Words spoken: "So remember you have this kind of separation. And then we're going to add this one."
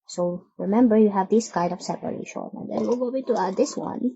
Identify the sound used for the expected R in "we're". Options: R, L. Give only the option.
L